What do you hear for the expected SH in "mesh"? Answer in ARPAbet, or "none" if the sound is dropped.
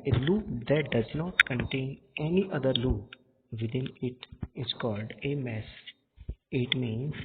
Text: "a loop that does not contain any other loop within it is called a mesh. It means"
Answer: S